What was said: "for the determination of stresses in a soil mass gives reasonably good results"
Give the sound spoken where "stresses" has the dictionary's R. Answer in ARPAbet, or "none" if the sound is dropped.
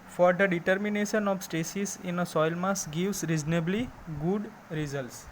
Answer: none